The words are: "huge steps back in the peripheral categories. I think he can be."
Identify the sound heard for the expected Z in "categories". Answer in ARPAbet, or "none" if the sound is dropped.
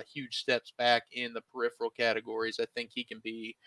Z